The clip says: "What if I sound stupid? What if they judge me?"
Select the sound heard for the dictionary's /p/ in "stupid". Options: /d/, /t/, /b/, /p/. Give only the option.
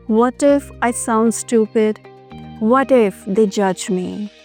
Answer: /p/